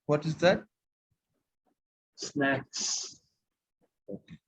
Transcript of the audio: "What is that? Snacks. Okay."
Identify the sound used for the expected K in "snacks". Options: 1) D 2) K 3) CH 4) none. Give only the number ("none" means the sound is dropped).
2